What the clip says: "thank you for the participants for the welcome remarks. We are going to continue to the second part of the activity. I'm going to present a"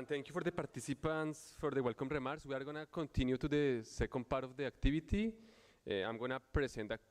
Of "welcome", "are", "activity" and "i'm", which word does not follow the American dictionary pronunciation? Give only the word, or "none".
activity